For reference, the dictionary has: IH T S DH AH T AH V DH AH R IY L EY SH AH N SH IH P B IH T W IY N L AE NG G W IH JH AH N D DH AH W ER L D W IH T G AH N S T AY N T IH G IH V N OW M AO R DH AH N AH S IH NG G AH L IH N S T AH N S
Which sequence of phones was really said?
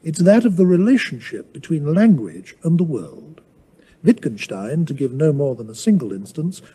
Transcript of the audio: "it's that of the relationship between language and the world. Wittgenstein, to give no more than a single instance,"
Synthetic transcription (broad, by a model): IH T S DH AH T AH V DH AH R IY L EY SH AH N SH IH P B IH T W IY N L AE NG G W IH JH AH N DH AH W ER L D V IH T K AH N SH T AY N T IH G IH V N OW M AO R DH AH N AH S IH NG G AH L IH N S T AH N S